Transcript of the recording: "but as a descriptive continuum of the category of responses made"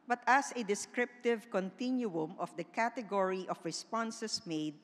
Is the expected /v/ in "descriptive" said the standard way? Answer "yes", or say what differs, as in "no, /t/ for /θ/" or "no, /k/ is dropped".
yes